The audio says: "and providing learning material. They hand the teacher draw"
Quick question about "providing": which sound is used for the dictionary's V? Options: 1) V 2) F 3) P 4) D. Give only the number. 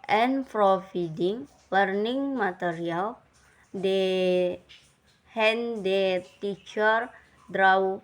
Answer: 2